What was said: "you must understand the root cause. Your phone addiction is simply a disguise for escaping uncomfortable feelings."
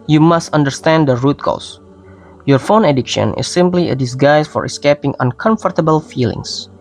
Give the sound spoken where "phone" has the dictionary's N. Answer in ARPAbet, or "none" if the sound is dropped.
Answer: N